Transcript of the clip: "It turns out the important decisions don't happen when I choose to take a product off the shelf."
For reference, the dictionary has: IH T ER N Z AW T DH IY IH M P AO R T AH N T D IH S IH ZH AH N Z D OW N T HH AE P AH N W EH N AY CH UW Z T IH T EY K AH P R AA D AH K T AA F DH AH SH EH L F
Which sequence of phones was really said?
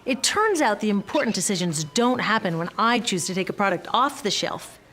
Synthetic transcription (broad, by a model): IH T ER N Z AW T DH IY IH M P AO R T N D IH S IH ZH AH N Z D OW N T HH AE P AH N W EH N AY CH UW Z T IH T EY K AH P R AA D AH K T AA F DH AH SH EH L F